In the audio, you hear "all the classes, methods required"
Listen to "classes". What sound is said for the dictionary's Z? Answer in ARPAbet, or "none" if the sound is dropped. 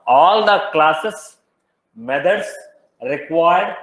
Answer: S